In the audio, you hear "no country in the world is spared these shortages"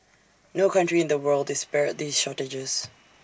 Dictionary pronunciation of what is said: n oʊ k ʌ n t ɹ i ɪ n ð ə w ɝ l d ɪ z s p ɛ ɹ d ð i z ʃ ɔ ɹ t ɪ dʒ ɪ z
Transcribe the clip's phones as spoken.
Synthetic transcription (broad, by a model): n oʊ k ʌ n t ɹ i ɪ n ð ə w ɝ l d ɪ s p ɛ ɹ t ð i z ʃ ɔ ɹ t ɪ dʒ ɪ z